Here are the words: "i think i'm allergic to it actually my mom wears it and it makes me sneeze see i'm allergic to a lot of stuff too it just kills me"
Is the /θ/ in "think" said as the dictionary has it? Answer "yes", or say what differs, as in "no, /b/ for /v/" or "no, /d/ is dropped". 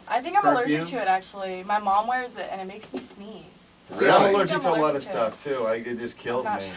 yes